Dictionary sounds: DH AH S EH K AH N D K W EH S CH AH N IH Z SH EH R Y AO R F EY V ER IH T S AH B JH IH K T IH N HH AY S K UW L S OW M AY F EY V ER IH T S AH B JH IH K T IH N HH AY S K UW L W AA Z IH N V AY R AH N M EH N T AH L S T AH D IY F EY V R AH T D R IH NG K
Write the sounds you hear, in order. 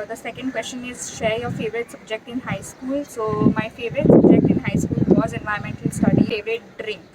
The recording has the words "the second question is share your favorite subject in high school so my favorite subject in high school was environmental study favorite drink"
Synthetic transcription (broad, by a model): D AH S EH K AH N D K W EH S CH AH N IH Z SH EH R Y AO R F EY V ER IH T S AH B JH IH K T IH N HH AY S K UW L S OW M AY F EY V ER IH T S AH B JH IH K T IH N HH AY S K UW L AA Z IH N V AY AH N M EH N T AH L S T AH D IY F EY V R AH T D R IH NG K